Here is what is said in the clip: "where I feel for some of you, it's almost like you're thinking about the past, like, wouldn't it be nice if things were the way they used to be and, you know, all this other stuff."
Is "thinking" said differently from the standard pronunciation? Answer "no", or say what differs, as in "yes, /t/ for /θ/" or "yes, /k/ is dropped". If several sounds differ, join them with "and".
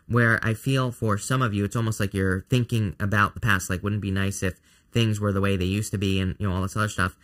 no